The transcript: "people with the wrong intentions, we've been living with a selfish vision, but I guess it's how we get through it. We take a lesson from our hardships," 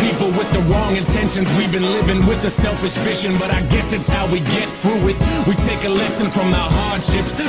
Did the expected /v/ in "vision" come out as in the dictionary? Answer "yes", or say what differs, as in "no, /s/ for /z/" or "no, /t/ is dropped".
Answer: no, /f/ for /v/